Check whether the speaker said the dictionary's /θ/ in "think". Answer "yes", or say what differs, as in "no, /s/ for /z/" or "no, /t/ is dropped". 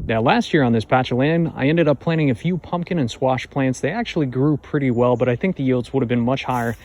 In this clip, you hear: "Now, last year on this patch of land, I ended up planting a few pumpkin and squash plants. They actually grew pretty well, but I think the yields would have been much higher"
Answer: yes